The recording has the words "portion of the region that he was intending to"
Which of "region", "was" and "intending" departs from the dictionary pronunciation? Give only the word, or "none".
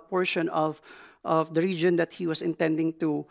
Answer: was